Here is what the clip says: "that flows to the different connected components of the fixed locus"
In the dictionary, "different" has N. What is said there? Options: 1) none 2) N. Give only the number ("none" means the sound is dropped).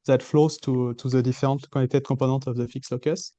1